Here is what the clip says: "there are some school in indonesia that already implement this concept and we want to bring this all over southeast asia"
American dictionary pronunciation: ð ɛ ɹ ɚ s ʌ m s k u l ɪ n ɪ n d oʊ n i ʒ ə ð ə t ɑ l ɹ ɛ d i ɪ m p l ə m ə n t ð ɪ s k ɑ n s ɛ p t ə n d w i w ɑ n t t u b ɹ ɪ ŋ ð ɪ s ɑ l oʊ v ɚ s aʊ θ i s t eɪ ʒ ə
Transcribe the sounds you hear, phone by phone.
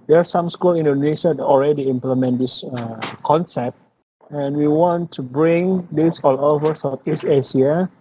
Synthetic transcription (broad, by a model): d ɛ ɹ s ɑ m s k u l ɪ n n d oʊ n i ʃ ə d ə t ɑ l ɹ ɛ d i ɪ m p l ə m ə n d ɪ s k ɑ n s ɛ p t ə n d w i w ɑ n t t u b ɹ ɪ ŋ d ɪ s ɑ l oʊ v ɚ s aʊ f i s eɪ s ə